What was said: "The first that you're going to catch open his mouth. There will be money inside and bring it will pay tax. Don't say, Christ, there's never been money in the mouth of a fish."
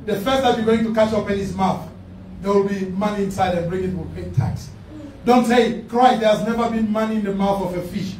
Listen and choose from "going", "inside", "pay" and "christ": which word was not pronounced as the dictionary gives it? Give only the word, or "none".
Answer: christ